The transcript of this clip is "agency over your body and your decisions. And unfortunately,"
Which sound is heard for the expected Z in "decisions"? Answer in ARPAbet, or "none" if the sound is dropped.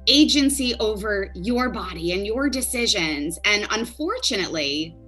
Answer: Z